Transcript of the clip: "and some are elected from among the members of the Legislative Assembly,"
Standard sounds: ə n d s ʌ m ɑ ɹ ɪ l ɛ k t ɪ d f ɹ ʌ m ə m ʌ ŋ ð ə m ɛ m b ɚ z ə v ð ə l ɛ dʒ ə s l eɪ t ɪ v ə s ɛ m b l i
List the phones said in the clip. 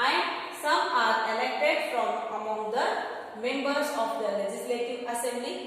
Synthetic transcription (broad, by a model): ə n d s ʌ m ɑ ɹ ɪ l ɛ k t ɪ d f ɹ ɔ m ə m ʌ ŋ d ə m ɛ m b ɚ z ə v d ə l ɛ dʒ ə s l eɪ t ɪ v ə s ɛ m b l i